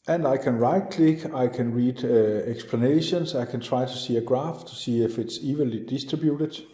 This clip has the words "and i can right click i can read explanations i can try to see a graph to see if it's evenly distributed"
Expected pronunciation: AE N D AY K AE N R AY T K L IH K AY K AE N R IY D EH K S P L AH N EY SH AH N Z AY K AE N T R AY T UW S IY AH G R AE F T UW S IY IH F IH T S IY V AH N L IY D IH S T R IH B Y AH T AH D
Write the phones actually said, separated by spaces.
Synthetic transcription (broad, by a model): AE N D AY K AE N R AY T K L IH K AY K AE N R IY D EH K S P L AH N EY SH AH N S AY K AE N T R AY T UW S IY AH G R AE F T UW S IY IH F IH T S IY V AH L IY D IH S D R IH B Y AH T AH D